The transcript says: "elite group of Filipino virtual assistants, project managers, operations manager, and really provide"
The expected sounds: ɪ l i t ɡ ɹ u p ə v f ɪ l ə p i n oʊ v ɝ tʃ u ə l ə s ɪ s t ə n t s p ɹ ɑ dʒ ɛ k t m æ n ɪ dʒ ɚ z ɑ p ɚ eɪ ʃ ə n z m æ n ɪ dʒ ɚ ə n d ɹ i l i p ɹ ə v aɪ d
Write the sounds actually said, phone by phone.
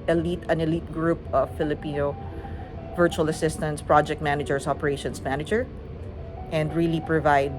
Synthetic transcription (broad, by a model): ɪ l i t ɡ ɹ u p ə v f ɪ l ə p i n oʊ v ɝ tʃ u ə l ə s ɪ s t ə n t s p ɹ ɑ dʒ ɛ k t m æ n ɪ dʒ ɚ s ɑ p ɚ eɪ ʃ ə n s m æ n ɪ dʒ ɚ ə n d ɹ i l i p ɹ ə v aɪ d